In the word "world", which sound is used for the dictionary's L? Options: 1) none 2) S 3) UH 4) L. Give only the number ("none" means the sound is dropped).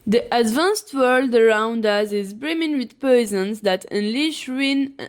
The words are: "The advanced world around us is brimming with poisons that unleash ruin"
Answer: 4